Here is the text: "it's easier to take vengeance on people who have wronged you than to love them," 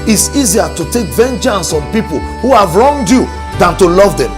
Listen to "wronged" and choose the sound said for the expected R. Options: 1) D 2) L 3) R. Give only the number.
3